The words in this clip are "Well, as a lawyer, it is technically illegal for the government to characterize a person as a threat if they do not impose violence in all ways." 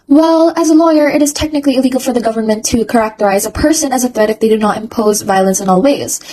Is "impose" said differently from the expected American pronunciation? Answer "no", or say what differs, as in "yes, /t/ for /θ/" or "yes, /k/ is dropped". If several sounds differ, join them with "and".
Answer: no